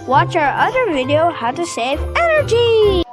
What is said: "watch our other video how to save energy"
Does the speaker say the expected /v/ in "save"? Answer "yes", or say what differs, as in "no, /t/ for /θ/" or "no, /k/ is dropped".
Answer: yes